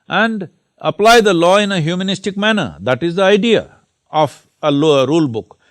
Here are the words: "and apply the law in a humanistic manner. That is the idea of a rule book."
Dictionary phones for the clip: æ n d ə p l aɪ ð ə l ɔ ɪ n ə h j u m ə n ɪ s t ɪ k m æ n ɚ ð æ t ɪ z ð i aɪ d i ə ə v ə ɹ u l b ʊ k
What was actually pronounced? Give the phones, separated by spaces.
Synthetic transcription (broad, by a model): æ n d ə p l aɪ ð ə l ɔ ɪ n ə h j u m ə n ɪ s t ɪ k m æ n ɚ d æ t ɪ z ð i aɪ d i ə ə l ə ɹ u l b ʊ k